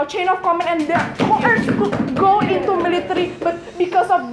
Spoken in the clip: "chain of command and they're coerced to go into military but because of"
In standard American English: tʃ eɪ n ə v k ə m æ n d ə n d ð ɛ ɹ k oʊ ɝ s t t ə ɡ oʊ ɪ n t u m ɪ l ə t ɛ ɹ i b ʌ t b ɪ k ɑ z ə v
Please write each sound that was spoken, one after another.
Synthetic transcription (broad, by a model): tʃ eɪ n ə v k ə m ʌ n ə n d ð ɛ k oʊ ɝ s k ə ɡ oʊ ɪ n t u m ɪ l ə t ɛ ɹ i b ʌ t b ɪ k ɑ s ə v